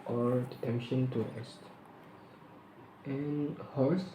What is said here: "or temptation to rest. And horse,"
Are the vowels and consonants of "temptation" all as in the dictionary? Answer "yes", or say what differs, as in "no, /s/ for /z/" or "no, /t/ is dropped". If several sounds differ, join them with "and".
no, /m/ is dropped